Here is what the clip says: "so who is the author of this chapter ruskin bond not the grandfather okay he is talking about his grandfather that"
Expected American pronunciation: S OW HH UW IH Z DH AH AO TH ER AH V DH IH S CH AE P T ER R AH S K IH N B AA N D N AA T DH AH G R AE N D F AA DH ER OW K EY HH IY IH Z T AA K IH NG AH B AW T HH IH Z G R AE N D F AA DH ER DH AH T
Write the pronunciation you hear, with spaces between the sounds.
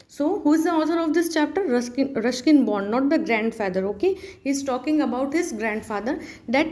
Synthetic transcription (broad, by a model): S OW HH UW IH Z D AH AO T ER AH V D IH S CH AE P T ER R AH SH K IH N B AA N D N AA T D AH G R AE N D F AA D ER OW K EY HH IY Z T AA K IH NG AH B AW T HH IH Z G R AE N D F AA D ER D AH T